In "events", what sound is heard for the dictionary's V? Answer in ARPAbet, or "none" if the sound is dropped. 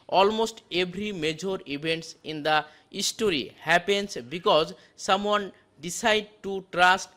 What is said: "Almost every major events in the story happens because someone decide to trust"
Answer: B